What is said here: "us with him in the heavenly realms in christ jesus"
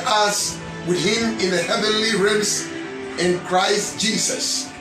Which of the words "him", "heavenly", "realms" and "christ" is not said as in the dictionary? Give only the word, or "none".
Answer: realms